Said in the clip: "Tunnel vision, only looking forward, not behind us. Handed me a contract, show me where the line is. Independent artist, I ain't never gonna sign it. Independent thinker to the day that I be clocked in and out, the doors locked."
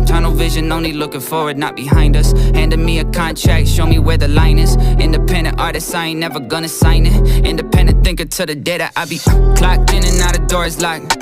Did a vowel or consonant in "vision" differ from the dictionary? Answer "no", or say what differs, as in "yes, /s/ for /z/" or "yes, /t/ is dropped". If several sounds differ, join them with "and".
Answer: no